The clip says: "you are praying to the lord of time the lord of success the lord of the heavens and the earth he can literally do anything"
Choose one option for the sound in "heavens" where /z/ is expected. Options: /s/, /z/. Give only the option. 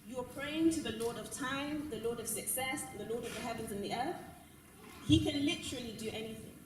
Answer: /z/